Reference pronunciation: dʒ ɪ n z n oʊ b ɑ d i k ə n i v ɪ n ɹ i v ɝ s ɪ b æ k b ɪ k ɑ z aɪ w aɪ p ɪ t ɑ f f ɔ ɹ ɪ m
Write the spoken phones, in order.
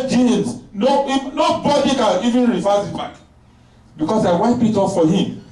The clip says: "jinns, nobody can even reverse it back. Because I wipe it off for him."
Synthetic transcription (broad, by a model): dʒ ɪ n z n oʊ b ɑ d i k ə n i v ɪ n ɹ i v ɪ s ɪ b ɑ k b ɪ k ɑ s aɪ w aɪ p ɪ t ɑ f f ɔ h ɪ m